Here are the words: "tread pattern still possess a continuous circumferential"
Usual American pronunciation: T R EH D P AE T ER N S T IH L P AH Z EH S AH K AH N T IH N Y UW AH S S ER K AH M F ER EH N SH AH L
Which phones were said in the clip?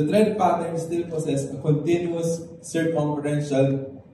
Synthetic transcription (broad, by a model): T R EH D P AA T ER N S T IH L P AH S EH S AH K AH N T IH N Y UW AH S S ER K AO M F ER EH N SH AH L